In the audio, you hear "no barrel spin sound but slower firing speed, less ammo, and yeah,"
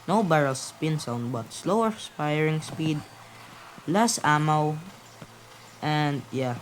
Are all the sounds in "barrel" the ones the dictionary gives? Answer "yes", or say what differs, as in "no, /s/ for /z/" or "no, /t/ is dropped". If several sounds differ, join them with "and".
yes